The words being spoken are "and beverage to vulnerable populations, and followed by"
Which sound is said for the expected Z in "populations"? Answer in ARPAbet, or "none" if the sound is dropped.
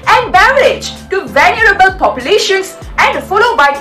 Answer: S